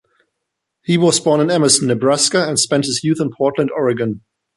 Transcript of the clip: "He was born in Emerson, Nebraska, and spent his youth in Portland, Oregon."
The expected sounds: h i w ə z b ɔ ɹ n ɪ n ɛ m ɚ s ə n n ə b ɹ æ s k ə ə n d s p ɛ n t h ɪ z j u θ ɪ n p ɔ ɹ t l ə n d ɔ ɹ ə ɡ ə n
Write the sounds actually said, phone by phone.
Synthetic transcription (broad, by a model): h i w ə z b ɔ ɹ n ɪ n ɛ m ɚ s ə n n ə b ɹ æ s k ə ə n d s p ɛ n t h ɪ z j u θ ɪ n p ɔ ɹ t l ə n d ɔ ɹ ə ɡ ə n